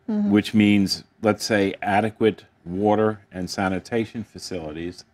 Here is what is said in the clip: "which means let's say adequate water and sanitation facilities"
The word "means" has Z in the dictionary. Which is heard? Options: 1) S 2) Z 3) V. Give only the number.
2